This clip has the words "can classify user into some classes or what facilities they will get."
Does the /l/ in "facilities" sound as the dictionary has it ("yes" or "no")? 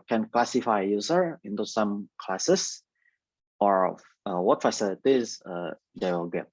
no